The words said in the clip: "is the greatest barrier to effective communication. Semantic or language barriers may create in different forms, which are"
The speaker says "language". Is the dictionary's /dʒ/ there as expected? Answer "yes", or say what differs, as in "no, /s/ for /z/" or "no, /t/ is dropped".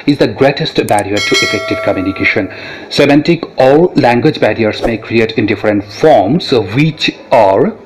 yes